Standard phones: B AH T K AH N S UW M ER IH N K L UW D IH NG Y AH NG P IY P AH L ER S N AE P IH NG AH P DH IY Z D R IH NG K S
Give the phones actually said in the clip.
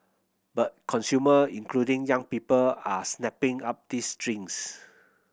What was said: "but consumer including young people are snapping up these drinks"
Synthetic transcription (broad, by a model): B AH T K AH N S UW M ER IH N K L UW D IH NG Y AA NG P IY P AH L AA S N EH P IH NG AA P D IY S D R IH NG S